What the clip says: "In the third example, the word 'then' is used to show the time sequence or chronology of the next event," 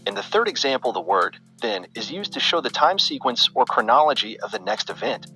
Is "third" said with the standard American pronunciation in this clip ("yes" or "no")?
yes